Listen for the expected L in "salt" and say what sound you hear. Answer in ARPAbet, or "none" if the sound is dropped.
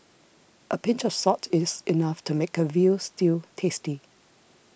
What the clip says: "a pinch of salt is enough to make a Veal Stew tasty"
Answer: none